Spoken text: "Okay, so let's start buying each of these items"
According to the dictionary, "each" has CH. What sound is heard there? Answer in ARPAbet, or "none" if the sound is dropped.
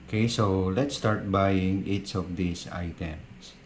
S